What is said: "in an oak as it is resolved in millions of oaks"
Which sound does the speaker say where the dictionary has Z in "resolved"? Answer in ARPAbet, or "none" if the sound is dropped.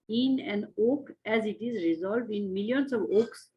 Z